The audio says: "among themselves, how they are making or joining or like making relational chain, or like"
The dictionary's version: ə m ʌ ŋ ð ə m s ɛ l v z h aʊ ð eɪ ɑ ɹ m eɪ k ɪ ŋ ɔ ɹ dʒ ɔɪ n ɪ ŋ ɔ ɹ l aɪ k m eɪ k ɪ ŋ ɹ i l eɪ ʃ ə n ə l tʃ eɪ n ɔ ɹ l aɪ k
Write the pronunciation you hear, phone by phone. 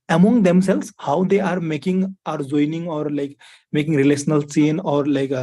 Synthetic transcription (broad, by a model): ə m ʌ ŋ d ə m s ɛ l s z h aʊ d eɪ ɑ ɹ m eɪ k ɪ ŋ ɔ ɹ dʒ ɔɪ n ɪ ŋ ɔ ɹ l aɪ k m eɪ k ɪ ŋ ɹ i l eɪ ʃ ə n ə l s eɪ n ɔ ɹ l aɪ k